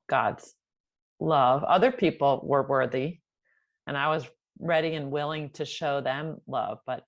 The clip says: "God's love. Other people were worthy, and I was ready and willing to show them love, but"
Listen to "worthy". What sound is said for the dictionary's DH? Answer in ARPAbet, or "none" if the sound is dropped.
DH